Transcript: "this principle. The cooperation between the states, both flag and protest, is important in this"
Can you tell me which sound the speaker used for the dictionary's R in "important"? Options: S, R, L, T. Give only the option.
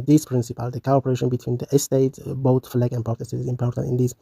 R